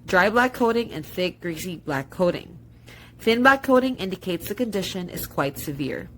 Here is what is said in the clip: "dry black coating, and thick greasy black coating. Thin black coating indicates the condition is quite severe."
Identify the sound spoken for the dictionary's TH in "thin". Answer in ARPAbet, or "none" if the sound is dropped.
TH